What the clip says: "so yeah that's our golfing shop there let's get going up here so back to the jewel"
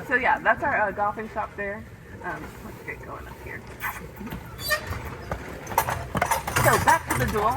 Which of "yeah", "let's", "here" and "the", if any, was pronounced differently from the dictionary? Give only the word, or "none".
let's